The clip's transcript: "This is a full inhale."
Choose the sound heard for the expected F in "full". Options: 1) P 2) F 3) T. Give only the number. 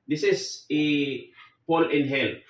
1